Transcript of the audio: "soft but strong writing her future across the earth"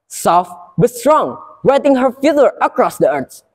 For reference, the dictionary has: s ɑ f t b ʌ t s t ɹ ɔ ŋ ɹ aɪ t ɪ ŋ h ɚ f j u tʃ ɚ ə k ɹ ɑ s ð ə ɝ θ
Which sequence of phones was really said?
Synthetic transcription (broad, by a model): s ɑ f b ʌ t s t ɹ ɔ ŋ w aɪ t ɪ ŋ h ɚ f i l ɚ ə k ɹ ɑ s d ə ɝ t